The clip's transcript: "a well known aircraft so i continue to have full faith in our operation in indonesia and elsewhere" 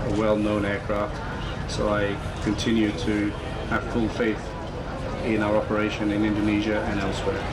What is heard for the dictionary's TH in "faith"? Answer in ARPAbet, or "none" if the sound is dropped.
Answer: TH